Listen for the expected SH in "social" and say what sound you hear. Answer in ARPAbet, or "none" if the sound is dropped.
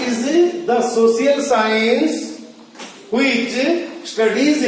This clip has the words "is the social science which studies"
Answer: S